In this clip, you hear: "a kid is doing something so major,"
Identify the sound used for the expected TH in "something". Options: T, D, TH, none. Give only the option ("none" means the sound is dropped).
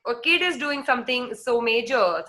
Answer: T